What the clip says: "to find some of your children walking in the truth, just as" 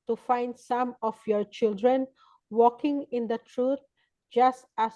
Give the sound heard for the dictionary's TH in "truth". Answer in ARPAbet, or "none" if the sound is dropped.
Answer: T